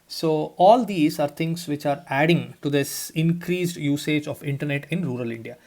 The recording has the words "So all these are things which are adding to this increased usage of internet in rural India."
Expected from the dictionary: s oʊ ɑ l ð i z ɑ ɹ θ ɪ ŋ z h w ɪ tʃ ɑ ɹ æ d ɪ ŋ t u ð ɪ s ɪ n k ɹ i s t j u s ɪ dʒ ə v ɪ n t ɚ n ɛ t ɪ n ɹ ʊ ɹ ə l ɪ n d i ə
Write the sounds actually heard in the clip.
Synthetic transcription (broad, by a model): s oʊ ɑ l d i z ɑ ɹ t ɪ ŋ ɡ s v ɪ tʃ ɑ ɹ æ d ɪ ŋ t u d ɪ s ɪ n k ɹ i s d j u s ɪ dʒ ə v ɪ n t ɚ n ɛ t ɪ n ɹ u ɹ ə l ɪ n d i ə